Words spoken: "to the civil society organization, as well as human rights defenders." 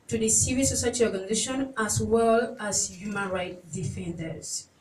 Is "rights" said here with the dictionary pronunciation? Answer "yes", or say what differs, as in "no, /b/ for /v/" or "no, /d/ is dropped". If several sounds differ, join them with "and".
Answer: no, /s/ is dropped